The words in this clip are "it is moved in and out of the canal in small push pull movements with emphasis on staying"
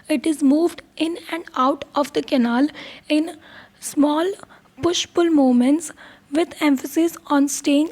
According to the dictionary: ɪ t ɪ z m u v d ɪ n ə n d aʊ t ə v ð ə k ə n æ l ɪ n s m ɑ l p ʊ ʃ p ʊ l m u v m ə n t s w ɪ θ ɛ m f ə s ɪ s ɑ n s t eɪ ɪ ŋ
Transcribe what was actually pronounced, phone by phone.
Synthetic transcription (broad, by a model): ɪ t ɪ z m u v d ɪ n ə n d aʊ t ə v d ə k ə n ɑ l ɪ n s m ɑ l p ʊ ʃ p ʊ l m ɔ m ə n t s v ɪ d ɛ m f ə s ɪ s ɑ n s t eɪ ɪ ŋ